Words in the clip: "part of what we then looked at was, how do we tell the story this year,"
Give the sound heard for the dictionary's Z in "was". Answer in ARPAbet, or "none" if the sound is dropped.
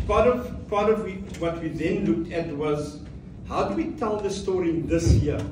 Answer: Z